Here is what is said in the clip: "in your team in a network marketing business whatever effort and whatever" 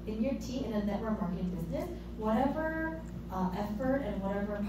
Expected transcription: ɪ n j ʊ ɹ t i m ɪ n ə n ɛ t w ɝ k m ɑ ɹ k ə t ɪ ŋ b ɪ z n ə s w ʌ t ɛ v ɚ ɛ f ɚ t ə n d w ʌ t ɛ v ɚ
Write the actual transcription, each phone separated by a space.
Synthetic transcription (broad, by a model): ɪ n j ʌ ɹ t i ɪ n ə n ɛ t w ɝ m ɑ ɹ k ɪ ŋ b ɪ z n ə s w ʌ t ɛ v ɚ ɛ f ɚ t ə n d w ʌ t ɛ v ɚ